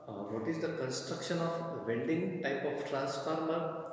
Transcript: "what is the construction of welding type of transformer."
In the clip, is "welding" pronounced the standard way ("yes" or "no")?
no